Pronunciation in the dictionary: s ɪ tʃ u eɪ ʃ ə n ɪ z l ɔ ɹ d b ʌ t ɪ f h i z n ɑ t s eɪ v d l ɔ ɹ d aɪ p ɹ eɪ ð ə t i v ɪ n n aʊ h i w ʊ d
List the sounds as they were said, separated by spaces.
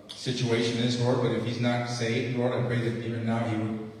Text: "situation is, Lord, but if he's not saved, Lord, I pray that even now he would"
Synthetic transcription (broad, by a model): s ɪ tʃ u eɪ ʃ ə n ɪ z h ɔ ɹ b ʌ t ɪ f h i z n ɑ t s eɪ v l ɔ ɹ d aɪ p ɹ eɪ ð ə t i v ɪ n n aʊ h i w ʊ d